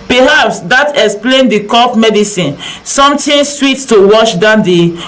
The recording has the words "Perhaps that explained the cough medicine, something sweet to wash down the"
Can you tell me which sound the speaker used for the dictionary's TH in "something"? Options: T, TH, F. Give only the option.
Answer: T